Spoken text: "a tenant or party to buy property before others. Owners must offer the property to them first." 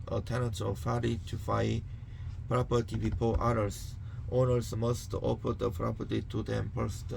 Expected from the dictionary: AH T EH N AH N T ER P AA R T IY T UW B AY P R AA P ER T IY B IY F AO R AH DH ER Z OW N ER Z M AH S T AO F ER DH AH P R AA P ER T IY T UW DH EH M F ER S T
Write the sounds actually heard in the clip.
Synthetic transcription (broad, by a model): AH T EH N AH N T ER F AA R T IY T UW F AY P R AA P ER T IY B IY P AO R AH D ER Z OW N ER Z M AH S T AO P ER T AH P R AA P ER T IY T UW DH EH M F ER S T